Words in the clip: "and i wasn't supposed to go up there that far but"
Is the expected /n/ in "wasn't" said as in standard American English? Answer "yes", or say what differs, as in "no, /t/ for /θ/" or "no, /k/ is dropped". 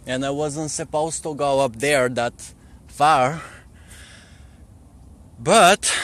yes